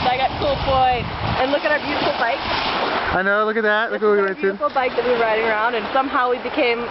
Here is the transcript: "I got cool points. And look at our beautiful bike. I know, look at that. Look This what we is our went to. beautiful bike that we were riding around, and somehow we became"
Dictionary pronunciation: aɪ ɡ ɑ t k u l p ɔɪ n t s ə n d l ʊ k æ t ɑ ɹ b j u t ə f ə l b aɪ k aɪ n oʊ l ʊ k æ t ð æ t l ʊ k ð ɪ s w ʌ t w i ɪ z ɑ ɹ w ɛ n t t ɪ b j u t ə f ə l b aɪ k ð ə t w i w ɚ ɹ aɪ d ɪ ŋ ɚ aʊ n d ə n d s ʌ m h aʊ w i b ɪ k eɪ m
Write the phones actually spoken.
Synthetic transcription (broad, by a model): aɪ ɡ ɑ t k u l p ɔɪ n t ə n l ʊ k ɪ t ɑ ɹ b j u t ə f l b aɪ k aɪ n oʊ l ʊ k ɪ t ð æ t l ʊ k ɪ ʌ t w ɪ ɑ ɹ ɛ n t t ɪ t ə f l b aɪ k ð ə t w i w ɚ ɹ aɪ d ɪ ŋ ɚ aʊ n d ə n s ʌ m h aʊ w i b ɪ k eɪ m